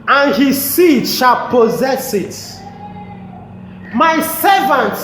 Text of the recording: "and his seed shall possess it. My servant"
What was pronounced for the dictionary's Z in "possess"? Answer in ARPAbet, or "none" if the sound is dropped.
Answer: Z